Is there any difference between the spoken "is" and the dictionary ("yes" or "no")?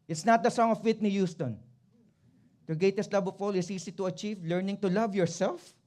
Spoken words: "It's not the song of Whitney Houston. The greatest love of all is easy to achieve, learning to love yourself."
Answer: yes